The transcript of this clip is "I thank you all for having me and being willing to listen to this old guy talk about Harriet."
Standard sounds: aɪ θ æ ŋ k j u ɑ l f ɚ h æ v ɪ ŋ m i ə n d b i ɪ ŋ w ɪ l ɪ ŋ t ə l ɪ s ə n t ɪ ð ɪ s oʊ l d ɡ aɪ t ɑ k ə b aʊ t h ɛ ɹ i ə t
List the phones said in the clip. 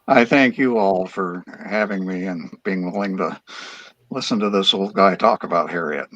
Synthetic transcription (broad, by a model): aɪ θ æ ŋ k j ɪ ɑ l f ɚ h æ v ɪ ŋ m i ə n b i ɪ ŋ w ɪ l ɪ ŋ t ə l ɪ s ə n t ɪ ð ɪ s oʊ l d ɡ aɪ t ɑ k ə b aʊ t h ɛ ɹ i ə t